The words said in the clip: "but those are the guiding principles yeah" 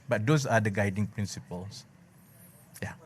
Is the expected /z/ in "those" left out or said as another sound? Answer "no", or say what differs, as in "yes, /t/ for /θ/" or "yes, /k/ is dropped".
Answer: yes, /s/ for /z/